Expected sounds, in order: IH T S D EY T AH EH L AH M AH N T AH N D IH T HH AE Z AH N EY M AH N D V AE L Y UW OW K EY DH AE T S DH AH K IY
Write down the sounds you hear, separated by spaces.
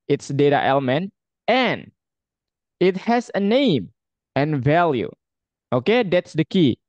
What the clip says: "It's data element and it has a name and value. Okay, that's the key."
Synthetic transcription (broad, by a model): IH T S D EY T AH EH L AH M AH N T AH N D IH T HH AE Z AH N EY M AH N V AE L Y UW OW K EY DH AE T S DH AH K IY